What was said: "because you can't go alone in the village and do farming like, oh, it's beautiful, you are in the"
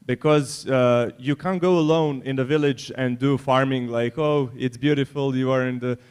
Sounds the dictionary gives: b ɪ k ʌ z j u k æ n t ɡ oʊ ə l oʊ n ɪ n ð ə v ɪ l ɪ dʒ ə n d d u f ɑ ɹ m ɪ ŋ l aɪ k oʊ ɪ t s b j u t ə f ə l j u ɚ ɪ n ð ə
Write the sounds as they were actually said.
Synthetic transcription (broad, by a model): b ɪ k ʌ z j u k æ n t ɡ oʊ ə l oʊ n ɪ n ð ə v ɪ l ɪ dʒ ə n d d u f ɑ ɹ m ɪ ŋ l aɪ k oʊ ɪ t s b j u t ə f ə l j u ɚ ɪ n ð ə